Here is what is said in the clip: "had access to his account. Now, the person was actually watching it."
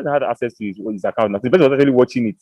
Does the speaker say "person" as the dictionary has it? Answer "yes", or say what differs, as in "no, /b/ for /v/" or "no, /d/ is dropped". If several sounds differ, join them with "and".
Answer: no, /b/ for /p/